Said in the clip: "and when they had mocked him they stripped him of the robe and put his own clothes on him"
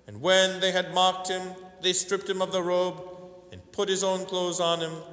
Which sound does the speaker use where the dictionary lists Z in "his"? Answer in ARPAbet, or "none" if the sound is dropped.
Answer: Z